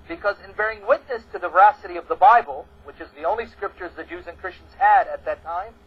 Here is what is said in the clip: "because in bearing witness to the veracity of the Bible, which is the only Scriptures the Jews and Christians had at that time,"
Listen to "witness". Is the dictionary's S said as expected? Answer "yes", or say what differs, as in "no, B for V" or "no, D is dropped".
yes